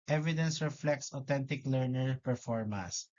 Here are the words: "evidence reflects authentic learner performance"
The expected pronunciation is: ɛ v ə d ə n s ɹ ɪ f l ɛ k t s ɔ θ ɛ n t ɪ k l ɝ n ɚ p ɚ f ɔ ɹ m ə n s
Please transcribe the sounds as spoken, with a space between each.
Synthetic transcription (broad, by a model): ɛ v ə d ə n s ɹ ɪ f l ɛ k t s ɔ t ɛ n t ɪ k l ɝ n ɚ p ɚ f ɔ ɹ m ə n s